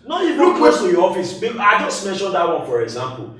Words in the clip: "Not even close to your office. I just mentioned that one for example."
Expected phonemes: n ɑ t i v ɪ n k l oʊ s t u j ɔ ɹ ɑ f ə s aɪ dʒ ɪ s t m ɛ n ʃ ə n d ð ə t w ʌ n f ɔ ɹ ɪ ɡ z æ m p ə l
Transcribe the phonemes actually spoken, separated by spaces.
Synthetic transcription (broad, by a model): n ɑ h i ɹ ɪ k w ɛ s t u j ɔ ɑ f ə s aɪ dʒ ɪ s t m ɛ n ʃ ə n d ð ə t w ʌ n f ɔ ɹ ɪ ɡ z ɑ m p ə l